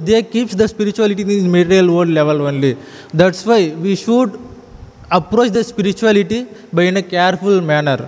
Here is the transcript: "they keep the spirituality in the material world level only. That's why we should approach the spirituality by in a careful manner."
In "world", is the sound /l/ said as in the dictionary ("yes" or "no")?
no